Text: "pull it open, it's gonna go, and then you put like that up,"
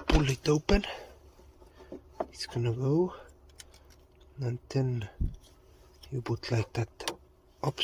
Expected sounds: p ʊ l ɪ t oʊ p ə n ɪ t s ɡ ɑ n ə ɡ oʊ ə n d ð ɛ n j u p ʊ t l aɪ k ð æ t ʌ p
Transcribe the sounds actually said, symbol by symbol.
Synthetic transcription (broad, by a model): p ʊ l ɪ t oʊ p ə n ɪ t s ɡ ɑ n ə ɡ oʊ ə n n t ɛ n j u b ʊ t l aɪ k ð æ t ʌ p